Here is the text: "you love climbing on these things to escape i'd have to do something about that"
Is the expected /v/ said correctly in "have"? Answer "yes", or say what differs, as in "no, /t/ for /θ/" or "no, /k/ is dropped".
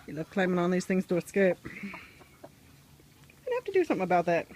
no, /f/ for /v/